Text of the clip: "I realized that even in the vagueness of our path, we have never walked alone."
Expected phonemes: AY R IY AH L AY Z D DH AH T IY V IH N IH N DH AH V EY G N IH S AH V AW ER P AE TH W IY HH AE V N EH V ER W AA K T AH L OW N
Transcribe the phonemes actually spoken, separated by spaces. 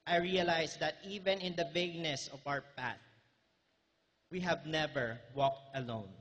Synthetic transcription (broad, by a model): AY R IY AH L AY S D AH T IY V IH N IH N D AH V EY G N IH S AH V AW ER P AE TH W IY HH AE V N EH V ER W AA K T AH L OW N